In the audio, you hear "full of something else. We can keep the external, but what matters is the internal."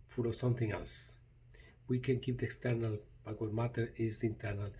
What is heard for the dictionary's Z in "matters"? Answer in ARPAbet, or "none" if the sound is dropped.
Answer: none